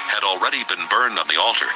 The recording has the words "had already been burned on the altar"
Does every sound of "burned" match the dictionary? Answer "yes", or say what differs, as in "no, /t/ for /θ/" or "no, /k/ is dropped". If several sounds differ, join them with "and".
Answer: yes